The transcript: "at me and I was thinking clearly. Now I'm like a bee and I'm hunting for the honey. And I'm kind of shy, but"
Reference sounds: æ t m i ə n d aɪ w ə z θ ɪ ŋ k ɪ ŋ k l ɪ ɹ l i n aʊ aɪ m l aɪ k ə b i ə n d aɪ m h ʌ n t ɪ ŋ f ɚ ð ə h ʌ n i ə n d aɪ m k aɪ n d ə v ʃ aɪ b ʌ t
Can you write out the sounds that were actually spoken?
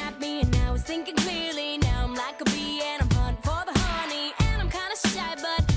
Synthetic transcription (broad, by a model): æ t m i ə n aɪ w ə z θ ɪ ŋ k ɪ ŋ k l ɪ ɹ l i n aʊ aɪ m l aɪ k ə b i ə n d aɪ m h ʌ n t f ɚ ð ə h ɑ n i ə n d aɪ m k aɪ n d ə ʃ aɪ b ʌ t